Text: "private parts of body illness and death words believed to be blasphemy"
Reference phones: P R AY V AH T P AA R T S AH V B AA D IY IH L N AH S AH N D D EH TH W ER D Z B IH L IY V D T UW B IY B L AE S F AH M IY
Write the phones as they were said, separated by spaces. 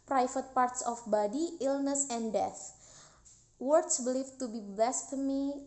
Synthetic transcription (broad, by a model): P R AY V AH T P AA R T S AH F B AA D IY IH L N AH S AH N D D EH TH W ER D S B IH L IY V T UW B IY B L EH S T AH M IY